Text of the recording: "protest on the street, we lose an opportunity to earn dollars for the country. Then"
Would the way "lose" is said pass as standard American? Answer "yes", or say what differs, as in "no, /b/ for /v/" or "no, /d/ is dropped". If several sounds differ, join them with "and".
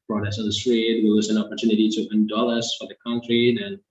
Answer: no, /w/ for /l/